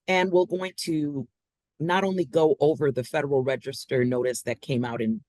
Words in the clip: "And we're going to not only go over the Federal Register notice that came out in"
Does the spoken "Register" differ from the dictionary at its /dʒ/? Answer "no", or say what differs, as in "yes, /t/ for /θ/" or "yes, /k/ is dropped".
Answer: no